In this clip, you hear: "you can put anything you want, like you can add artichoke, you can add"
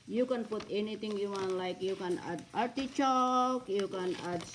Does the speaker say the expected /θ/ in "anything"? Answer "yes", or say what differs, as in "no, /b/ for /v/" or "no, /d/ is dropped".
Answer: no, /t/ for /θ/